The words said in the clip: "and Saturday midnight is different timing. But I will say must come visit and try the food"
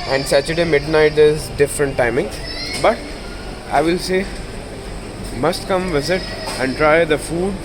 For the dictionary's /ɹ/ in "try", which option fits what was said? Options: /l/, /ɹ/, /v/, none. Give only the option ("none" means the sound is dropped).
/ɹ/